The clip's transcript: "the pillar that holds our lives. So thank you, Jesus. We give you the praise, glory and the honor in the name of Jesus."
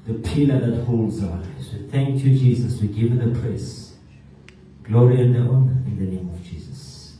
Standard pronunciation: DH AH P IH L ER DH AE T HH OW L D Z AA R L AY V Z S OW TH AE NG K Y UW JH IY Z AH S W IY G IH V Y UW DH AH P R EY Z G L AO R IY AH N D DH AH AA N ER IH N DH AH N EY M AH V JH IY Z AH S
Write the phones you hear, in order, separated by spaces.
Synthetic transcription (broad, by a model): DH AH P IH L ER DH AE T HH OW L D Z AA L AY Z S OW TH AE NG K Y UW JH IY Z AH S W IY G IH V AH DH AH P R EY S G L AO R IY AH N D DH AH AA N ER IH N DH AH N EY M AH V JH IY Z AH S